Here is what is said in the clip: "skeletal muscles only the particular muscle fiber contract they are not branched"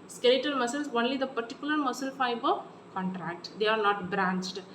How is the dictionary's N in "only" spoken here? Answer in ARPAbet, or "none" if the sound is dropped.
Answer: N